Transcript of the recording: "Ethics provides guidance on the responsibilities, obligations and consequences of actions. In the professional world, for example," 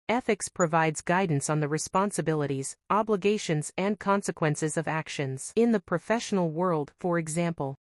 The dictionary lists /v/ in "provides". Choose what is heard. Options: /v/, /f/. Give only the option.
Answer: /v/